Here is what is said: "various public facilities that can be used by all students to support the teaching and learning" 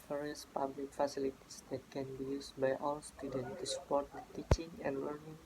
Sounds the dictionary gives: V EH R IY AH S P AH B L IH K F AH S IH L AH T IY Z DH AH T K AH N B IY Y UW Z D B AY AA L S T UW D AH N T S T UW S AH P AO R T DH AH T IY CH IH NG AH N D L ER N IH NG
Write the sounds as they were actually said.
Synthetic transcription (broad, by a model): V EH R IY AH S P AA B L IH K F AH S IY L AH T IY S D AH T K AH N B IY Y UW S B AY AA W S T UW D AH N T T UW S AH P AO R T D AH T IY CH IH NG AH N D L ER N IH NG